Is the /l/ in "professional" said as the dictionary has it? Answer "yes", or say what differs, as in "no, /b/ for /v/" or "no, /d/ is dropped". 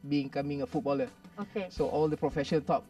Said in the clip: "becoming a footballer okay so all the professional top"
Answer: no, /n/ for /l/